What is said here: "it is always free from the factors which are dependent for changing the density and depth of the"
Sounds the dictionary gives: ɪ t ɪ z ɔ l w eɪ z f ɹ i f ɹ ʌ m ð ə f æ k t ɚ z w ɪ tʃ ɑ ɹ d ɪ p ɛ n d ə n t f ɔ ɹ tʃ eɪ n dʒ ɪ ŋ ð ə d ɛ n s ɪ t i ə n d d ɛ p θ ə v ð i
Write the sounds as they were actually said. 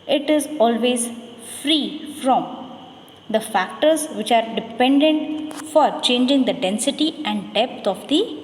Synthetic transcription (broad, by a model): ɪ t ɪ z ɔ l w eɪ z f ɹ i f ɹ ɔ m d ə f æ k t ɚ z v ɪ tʃ ɑ ɹ d ɪ p ɛ n d ə n t f ɔ ɹ tʃ eɪ n dʒ ɪ ŋ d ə d ɛ n s ɪ t i ə n d d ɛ p t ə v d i